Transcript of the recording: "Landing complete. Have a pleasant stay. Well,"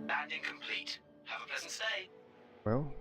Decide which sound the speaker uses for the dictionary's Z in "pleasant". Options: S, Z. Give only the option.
Z